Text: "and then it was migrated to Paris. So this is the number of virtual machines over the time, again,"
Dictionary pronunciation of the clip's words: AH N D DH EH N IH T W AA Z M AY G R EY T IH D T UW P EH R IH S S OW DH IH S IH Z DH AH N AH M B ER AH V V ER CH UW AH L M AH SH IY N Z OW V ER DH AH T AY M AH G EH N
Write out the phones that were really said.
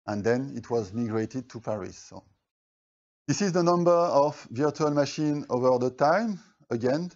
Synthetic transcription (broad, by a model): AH N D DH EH N IH T W AA Z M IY G R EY T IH D T UW P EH R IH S S OW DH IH S IH Z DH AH N AH M B ER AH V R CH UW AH L M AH SH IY N OW V ER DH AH T AY M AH G EH N